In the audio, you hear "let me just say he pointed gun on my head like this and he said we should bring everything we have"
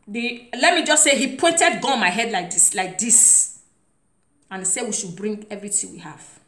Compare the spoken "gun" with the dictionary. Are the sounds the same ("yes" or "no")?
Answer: no